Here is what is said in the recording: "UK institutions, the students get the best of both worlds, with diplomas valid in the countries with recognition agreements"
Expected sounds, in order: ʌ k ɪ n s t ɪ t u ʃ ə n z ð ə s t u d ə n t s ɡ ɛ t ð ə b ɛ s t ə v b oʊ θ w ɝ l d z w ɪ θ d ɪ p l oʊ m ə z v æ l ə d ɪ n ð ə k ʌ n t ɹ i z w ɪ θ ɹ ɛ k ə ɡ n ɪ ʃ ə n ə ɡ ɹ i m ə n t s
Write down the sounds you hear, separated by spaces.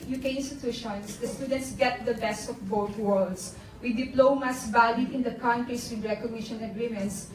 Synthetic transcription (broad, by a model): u k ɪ n s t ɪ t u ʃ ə n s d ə s t u d ə n t s ɡ ɛ t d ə b ɛ s t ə f b oʊ t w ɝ l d s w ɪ d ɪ p l oʊ m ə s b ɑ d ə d ɪ n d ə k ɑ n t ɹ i s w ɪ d ɹ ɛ k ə ɡ n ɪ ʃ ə n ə ɡ ɹ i m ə n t s